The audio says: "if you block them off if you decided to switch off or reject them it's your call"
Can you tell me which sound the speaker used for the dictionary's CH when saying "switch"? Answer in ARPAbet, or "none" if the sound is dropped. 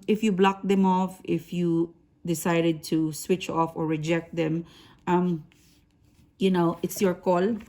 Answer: CH